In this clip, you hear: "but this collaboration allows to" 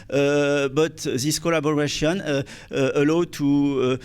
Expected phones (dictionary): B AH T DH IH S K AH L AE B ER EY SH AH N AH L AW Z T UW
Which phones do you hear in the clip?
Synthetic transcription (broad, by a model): B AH T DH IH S K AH L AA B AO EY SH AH N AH L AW T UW